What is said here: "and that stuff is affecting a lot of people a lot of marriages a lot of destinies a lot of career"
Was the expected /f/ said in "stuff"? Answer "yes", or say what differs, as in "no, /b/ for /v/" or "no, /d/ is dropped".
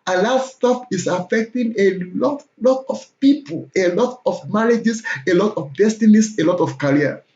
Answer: no, /p/ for /f/